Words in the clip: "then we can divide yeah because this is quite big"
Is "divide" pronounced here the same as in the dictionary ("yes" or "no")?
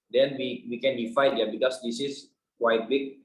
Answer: no